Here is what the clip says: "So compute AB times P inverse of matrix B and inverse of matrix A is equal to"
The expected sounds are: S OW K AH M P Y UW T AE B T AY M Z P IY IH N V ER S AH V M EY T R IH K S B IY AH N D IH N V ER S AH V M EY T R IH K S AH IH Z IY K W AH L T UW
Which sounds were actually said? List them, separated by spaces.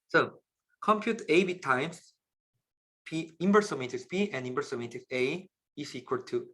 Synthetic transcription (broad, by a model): S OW K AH M P Y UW T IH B T AY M S P IY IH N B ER S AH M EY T IH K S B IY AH N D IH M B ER S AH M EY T IH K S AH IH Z IY K W AH L T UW